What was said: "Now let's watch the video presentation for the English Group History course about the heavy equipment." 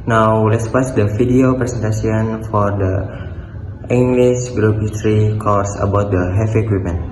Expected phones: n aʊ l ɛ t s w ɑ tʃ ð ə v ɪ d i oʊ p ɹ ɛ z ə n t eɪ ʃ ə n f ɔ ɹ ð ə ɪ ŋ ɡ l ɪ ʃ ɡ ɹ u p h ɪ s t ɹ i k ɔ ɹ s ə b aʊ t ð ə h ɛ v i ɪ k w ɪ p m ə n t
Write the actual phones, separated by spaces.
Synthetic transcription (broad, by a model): n aʊ l ɛ t s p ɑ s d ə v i d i oʊ p ɹ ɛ s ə n t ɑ s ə n f ɔ ɹ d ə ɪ ŋ ɡ l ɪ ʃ ɡ ɹ u p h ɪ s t ɹ i k ɔ ɹ s ə b aʊ t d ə h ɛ f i k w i p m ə n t